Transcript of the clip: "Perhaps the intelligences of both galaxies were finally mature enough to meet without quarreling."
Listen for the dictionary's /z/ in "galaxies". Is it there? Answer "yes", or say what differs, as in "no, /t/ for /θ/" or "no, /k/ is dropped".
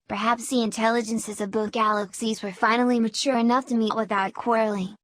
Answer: yes